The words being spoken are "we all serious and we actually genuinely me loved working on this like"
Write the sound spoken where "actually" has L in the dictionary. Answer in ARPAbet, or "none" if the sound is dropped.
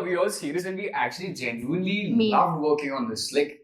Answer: L